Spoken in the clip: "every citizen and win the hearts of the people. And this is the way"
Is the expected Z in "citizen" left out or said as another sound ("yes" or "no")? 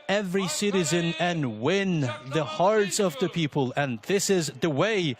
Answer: no